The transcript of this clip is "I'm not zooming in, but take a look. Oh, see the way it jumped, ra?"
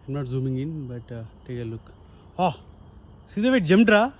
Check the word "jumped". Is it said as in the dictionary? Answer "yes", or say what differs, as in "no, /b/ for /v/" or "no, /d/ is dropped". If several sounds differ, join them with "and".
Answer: no, /p/ is dropped